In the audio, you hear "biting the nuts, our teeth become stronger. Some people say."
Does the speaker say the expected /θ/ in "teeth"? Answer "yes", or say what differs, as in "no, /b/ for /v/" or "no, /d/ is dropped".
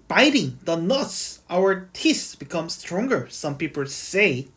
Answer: no, /s/ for /θ/